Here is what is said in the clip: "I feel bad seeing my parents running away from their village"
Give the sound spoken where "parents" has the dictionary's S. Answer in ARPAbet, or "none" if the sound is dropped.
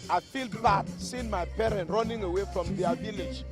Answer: none